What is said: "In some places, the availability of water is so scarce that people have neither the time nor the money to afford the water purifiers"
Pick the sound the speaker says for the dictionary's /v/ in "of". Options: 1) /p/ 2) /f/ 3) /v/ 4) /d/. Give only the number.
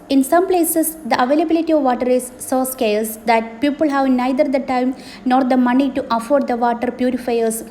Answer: 3